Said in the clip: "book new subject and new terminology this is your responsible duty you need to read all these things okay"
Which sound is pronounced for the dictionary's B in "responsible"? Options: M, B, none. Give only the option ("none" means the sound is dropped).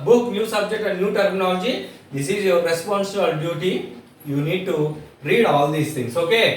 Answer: none